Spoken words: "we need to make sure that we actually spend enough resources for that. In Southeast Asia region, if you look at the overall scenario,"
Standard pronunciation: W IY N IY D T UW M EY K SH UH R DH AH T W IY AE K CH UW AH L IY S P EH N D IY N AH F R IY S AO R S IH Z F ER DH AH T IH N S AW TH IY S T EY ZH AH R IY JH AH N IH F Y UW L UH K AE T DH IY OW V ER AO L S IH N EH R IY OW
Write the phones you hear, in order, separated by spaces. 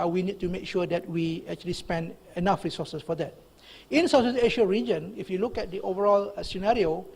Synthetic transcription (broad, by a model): W IY N IY D T UW M EY K SH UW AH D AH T W IY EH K CH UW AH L IY S P EH N D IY N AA F R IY S AO S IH S F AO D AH T IH N S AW S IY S EY SH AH R IY JH AH N IH F Y UW L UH K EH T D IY OW V ER AO L S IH N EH R IY OW